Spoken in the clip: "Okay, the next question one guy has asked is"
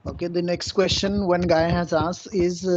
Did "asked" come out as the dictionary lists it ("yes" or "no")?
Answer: no